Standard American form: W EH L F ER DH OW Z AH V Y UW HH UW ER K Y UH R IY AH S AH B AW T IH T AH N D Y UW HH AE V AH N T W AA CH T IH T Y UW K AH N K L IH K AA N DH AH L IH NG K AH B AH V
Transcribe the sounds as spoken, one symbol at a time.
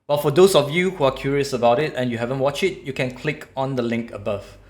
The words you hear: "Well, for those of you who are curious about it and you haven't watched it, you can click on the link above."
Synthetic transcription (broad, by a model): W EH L F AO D OW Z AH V Y UW HH UW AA K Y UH R IY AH S AH B AW T IH T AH N Y UW HH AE V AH N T W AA CH IH T Y UW K AH N K L IH K AA N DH AH L IH NG K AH B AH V